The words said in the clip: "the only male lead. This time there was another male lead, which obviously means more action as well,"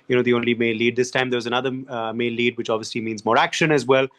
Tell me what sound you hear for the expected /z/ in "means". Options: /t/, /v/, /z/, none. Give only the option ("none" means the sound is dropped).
/z/